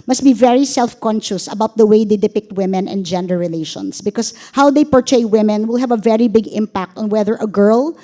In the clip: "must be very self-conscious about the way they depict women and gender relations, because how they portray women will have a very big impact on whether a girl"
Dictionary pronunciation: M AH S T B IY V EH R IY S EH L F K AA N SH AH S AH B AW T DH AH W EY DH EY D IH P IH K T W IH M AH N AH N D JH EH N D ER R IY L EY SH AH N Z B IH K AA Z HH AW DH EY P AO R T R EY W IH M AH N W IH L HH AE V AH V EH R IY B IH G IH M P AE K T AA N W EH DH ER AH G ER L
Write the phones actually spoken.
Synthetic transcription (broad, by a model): M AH S T B IY V EH R IY S EH L F K AA N SH AH S AH B AW T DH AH W EY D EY D IH P IH K T W IH M AH N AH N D JH EH N D ER R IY L EY SH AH N S B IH K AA S HH AW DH EY P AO R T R EY W IH M AH N W IH L HH AE V AH V EH R IY B IH G IH M P AE K T AA N W EH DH ER AH G ER L